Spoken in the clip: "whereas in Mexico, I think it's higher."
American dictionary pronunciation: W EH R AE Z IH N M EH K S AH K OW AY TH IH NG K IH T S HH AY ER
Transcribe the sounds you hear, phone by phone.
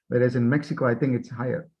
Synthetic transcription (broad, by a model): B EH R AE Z IH N M EH K S AH K OW AY TH IH NG K IH T S HH AY ER